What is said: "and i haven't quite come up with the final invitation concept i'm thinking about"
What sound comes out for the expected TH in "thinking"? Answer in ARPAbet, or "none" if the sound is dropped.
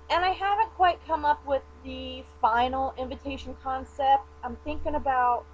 TH